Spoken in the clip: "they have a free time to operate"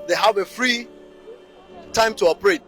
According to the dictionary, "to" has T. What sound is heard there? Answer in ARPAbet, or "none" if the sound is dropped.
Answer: T